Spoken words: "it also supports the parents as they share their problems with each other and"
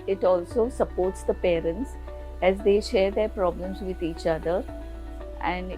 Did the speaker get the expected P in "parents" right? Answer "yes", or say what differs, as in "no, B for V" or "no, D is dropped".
yes